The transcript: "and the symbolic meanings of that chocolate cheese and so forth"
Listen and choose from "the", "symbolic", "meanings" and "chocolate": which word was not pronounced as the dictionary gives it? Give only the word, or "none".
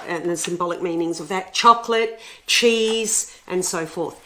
none